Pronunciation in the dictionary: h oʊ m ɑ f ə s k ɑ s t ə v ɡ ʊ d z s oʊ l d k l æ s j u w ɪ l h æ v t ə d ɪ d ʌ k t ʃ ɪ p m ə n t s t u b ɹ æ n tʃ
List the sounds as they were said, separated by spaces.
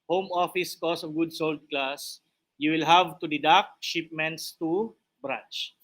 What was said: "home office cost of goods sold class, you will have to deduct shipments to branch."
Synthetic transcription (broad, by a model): h oʊ m ɑ f ə s k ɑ s ə v ɡ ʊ d s oʊ l d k l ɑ s j u w ɪ l h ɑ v t ə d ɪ d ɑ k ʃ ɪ p m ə n t s t u b ɹ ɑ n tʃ